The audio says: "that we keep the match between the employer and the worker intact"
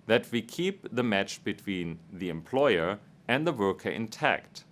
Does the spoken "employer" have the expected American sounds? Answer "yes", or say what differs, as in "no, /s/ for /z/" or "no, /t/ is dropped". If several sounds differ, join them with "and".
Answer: yes